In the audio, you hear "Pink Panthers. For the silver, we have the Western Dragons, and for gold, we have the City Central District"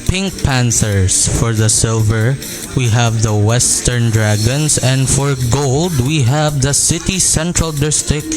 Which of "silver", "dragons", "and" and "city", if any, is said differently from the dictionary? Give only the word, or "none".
dragons